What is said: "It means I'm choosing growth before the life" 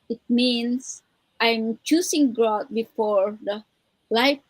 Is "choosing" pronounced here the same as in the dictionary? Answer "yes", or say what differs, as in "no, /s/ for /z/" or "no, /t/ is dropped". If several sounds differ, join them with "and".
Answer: no, /s/ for /z/